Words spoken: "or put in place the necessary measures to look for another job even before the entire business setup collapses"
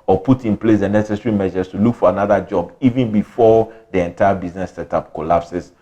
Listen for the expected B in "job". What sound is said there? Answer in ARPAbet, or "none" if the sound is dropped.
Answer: B